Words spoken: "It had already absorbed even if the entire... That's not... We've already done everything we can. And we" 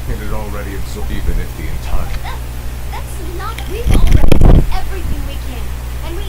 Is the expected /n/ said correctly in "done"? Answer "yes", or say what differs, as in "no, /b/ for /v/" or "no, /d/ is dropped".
no, /n/ is dropped